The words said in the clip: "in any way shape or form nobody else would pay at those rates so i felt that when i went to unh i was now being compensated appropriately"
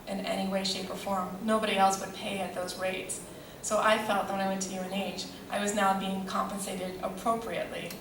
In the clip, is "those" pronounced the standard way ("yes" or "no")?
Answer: yes